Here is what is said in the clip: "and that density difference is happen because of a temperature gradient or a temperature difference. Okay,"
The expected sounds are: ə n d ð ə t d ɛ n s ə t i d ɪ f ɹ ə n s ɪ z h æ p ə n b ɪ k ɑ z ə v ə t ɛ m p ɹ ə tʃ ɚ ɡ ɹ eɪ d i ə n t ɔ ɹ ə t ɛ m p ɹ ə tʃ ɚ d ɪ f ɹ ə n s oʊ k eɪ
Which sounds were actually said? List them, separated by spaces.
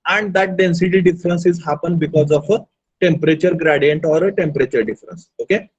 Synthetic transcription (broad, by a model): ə n d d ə t d ɛ n s ə t i d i f ɹ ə n s ɪ z h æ p ə n b ɪ k ɑ z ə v ə t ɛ m p ɹ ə tʃ ɚ ɡ ɹ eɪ d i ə n t ɔ ɹ ə t ɛ m p ɹ ə tʃ ɚ d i f ɹ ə n s oʊ k eɪ